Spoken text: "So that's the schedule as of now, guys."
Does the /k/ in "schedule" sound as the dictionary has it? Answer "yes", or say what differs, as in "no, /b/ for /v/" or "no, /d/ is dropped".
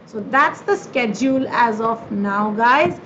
yes